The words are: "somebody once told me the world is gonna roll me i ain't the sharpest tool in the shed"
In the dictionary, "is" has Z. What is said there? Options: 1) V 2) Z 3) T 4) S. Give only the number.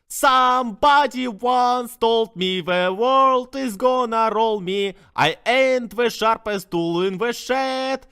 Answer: 2